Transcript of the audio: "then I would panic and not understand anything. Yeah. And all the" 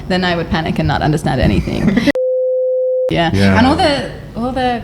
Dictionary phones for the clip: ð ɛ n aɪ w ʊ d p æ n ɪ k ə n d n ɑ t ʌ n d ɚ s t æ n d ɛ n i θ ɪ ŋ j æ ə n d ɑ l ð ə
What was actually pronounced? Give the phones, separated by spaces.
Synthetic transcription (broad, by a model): ð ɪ n aɪ w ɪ d p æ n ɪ k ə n n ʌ t ʌ n d ɚ s t æ n d ɛ n i θ ɪ ŋ j æ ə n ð ɑ l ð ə